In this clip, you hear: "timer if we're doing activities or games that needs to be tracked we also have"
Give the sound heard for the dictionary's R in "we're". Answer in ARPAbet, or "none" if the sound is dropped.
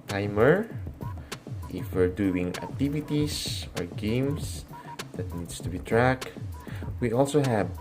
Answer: R